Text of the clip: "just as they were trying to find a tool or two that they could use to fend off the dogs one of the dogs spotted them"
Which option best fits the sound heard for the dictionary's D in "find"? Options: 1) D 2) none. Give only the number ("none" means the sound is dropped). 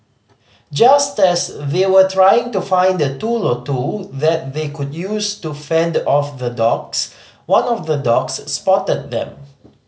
1